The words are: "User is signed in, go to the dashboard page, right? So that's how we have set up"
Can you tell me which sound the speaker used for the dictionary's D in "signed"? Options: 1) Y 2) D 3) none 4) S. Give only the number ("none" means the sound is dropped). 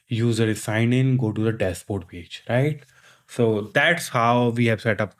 3